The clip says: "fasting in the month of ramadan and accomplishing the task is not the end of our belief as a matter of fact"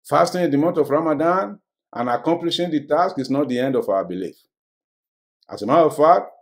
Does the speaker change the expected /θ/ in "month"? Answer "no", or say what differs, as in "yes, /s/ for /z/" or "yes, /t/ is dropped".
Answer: yes, /t/ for /θ/